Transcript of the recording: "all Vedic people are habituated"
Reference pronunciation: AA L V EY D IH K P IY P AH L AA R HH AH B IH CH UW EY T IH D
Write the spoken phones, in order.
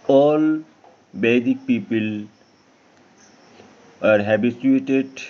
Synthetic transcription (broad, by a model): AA L B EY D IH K P IY P AH L AA R HH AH B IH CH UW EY T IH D